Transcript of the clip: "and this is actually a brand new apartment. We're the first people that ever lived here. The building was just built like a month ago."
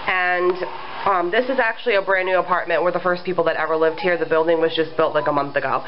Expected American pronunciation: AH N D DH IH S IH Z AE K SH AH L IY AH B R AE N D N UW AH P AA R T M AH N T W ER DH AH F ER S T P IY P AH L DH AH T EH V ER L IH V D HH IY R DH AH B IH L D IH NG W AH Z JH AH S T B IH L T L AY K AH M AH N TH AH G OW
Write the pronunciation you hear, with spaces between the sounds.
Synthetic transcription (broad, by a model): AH N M DH IH S IH Z AE K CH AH L IY AH B R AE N N UW AH P AA R T M AH N T W ER DH AH F ER S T P IY P L DH AH T EH V ER L IH V D HH IY R DH AH B IH L D IH NG W AH Z JH AH S B IH L T L AY K AH M AH N TH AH G OW